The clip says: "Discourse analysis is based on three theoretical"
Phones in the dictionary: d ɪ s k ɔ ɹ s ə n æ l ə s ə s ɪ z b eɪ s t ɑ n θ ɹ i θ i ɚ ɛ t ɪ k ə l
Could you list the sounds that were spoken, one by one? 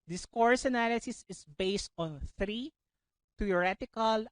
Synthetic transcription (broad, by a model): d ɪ s k ɔ ɹ s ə n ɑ l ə s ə s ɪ s b eɪ s t ɑ n θ ɹ i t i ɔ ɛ t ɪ k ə l